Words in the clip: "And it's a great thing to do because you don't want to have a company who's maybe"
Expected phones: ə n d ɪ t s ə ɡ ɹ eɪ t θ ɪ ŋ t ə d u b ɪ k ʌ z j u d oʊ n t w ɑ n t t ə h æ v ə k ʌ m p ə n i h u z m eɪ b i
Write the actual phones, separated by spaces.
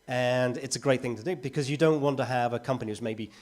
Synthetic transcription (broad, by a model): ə n ɪ t s ə ɡ ɹ eɪ t θ ɪ ŋ t ə d u b ɪ k ʌ z j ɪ d oʊ n t w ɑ n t t ə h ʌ v ə k ʌ m p ə n i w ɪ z m eɪ b i